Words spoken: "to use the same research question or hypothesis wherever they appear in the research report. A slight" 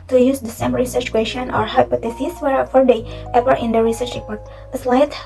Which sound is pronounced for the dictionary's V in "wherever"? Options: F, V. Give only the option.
F